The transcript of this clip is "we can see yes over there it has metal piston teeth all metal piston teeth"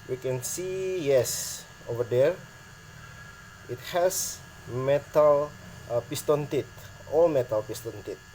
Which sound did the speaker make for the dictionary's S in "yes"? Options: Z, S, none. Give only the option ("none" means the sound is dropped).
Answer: S